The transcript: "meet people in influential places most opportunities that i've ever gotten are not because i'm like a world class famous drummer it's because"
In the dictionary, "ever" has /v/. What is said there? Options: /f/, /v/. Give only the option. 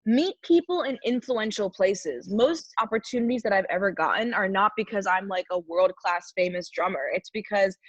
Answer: /v/